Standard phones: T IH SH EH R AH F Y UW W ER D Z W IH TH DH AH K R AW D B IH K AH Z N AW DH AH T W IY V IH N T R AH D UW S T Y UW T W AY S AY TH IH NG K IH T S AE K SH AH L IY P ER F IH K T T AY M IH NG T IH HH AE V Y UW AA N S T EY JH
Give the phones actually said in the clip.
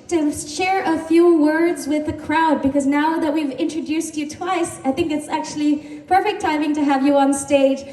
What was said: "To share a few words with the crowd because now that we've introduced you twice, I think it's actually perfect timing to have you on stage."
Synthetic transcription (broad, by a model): T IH SH EH R AH F Y UW W ER D Z W IH DH AH K R AW D B IH K AH Z N AW DH AH T W IY V IH N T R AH D UW S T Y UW T W AY S AY TH IH NG K IH T S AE K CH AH L IY P ER F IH K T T AY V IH NG T IH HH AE V Y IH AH N S T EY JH